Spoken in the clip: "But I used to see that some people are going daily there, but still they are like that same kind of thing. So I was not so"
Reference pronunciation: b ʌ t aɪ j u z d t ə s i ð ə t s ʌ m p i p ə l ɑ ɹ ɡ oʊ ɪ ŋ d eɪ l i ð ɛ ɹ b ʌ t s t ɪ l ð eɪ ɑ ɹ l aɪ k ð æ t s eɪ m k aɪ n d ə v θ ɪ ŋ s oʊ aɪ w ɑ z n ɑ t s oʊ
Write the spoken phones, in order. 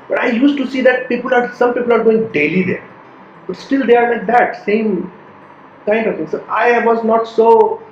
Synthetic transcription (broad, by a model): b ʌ t aɪ j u s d t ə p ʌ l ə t s ʌ m p i p ə l ɑ ɹ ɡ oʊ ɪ ŋ d eɪ l i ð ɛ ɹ b ʌ t s t ɪ l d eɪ ɑ ɹ n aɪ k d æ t s eɪ m k aɪ n d ə v t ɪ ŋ s oʊ aɪ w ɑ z n ɑ t s oʊ